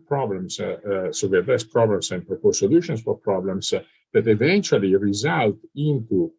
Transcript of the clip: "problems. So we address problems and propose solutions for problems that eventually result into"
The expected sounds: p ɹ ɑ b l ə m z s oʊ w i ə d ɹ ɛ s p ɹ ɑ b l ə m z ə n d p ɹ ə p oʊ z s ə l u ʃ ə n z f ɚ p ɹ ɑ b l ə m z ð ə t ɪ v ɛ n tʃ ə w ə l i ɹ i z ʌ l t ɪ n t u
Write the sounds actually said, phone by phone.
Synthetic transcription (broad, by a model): p ɹ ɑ b l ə m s s oʊ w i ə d ɛ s p ɹ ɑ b l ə m s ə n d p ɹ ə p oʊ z s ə l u ʃ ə n s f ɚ p ɹ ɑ b l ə m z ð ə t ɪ v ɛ n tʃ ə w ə l i ɹ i z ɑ l t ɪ n t u